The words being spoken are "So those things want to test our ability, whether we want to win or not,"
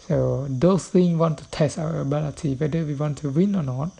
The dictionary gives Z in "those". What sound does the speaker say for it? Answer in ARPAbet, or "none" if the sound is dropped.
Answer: S